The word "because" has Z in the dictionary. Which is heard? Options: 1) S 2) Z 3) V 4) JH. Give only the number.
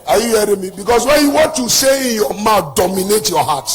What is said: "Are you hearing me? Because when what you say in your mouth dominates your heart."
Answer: 1